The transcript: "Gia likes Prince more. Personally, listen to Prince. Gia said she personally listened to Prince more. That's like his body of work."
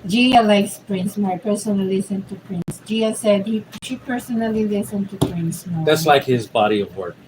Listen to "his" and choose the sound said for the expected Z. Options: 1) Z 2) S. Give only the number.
1